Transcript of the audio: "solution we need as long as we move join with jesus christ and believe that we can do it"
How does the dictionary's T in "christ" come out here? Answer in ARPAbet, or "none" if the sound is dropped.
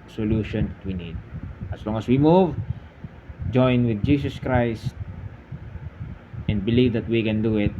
T